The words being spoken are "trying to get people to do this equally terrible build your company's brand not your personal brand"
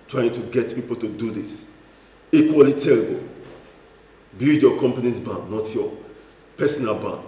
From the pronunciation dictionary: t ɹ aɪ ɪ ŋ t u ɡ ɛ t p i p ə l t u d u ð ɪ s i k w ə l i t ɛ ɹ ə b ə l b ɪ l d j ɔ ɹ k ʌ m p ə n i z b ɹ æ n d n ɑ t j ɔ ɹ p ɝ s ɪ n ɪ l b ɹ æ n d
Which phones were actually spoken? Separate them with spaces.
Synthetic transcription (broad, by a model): t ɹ aɪ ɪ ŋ t u ɡ ɛ t p i p ə l t u d u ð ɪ s i k w ə l i t ɛ ɹ ə b ə l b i d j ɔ k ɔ m p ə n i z b ɑ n n ɑ t j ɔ p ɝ s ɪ n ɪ l b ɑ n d